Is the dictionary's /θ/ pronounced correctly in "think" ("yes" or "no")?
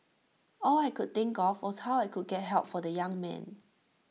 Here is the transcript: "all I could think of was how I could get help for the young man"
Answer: no